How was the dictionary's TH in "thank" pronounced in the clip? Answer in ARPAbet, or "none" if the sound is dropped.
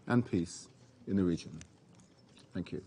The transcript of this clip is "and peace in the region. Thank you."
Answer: TH